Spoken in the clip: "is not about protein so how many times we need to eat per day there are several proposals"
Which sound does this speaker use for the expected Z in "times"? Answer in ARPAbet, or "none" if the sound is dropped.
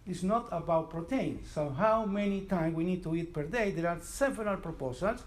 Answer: none